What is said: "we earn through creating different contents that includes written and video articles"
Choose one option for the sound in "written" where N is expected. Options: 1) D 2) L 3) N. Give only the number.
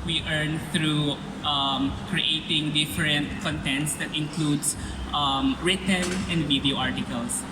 2